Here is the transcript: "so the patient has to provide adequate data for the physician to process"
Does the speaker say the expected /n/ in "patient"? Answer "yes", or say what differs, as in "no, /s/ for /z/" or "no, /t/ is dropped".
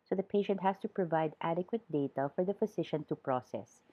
yes